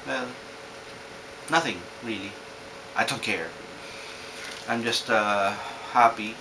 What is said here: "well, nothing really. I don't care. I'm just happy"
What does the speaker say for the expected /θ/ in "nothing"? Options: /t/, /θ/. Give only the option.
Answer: /θ/